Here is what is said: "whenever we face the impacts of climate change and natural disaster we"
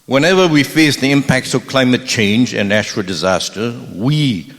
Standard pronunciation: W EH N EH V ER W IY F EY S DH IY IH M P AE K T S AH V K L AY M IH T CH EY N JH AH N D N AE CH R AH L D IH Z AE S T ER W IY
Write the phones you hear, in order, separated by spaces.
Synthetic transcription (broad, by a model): W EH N EH V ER W IY F EY S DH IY IH M P AE K T S AH V K L AY M IH T CH EY N JH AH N N AE CH R AH L D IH Z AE S T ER W IY